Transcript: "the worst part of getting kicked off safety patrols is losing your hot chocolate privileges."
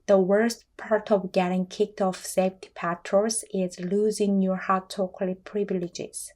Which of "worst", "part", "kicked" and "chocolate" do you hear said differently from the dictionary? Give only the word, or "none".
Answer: chocolate